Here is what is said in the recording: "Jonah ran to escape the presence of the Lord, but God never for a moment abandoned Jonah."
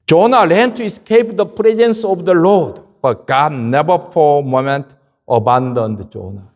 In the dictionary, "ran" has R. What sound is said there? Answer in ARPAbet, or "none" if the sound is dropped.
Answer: L